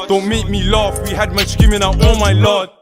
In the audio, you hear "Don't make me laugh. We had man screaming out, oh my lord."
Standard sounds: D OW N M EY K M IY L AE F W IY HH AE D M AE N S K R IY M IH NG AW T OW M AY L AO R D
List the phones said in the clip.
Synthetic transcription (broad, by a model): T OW M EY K M IY L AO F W IY HH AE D M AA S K IY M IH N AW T OW M AY L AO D